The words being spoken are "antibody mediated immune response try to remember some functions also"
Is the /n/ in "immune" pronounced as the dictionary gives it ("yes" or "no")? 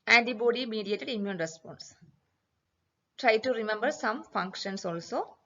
yes